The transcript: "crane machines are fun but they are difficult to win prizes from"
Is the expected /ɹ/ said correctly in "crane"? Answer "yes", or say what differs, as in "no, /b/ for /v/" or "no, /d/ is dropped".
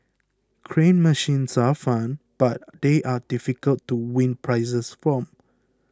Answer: yes